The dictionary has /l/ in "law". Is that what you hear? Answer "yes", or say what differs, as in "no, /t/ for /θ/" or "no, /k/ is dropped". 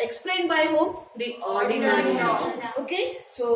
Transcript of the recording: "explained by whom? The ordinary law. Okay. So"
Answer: no, /n/ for /l/